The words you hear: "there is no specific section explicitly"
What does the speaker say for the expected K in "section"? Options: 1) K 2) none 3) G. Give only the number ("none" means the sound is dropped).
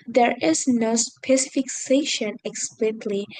2